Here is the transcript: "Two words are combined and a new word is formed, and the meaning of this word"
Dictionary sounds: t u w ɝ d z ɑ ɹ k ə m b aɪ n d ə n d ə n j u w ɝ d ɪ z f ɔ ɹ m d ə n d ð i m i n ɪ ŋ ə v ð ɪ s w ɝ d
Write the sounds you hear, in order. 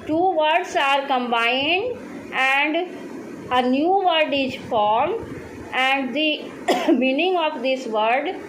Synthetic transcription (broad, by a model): t u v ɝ d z ɑ ɹ k ə m b aɪ n d ə n d ə n j u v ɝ d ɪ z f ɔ ɹ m ə n d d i m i n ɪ ŋ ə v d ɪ s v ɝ d